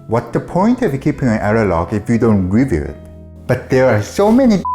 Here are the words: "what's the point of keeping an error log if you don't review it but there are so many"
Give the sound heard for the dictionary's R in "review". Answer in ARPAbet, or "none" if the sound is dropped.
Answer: R